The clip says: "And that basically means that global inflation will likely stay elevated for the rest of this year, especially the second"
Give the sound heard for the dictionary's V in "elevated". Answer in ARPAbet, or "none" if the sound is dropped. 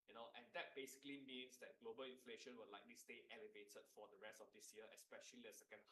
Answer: V